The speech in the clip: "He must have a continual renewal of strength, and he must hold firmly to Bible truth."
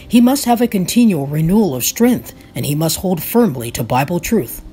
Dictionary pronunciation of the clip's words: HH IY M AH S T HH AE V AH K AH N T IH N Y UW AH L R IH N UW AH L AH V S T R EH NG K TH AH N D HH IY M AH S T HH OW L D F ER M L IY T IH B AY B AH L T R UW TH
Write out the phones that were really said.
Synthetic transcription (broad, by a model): HH IY M AH S T HH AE V AH K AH N T IH N Y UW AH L R IH N UW AH L AH V S T R EH NG K TH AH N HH IY M AH S T HH OW L D F ER M L IY T IH B AY B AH L T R UW TH